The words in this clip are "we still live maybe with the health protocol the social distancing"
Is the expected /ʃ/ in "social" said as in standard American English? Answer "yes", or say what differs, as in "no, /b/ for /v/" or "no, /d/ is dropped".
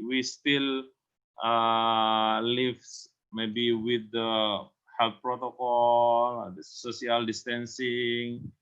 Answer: no, /ʃ/ is dropped